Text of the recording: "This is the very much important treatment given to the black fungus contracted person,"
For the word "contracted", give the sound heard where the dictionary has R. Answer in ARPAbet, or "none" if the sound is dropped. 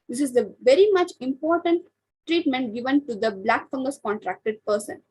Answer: R